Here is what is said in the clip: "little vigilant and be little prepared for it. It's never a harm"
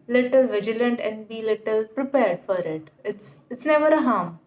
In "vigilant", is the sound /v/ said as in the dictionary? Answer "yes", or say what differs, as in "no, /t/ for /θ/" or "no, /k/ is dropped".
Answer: yes